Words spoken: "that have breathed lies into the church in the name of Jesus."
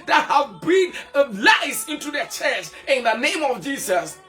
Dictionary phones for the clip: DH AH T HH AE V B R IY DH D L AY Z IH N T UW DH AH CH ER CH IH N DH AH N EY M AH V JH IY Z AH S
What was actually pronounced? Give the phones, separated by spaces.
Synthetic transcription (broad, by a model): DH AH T HH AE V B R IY D L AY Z IH N T UW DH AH CH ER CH IH N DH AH N EY M AH V JH IY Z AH S